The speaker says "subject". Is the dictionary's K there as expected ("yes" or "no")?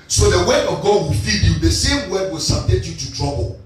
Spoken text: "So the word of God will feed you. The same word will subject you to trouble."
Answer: no